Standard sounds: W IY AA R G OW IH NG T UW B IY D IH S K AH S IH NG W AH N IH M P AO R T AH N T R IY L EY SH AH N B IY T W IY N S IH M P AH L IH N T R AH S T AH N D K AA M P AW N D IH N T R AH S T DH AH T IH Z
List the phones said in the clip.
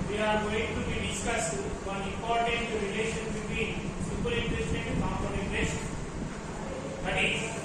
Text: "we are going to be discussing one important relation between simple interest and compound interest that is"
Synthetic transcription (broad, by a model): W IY AA R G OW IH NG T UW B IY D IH S K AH S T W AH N IH M P AO R T AH N T R IY L EY SH AH N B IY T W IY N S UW P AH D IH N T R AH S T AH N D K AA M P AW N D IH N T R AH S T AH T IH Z